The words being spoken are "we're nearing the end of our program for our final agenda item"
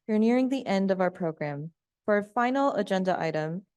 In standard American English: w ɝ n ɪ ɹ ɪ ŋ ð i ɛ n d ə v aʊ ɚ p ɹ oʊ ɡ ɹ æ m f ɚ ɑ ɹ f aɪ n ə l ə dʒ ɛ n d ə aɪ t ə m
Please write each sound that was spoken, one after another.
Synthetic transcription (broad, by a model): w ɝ n ɪ ɹ ɪ ŋ ð i ɛ n d ə v aʊ ɚ p ɹ oʊ ɡ ɹ æ m f ɚ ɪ f aɪ n l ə dʒ ɛ n d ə aɪ t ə m